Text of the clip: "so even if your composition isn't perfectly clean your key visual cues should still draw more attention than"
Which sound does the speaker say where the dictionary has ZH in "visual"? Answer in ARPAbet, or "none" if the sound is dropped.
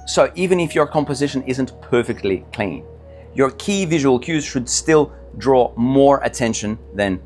ZH